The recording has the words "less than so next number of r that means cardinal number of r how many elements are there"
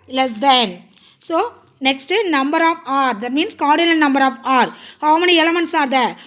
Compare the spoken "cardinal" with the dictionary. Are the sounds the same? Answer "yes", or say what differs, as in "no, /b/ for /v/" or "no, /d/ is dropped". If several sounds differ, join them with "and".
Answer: no, /l/ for /n/ and /n/ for /l/